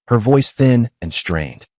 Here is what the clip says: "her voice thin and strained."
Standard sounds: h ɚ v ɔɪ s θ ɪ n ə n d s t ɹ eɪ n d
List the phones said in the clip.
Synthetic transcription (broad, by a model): h ɚ v ɔɪ s θ ɪ n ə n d s t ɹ eɪ n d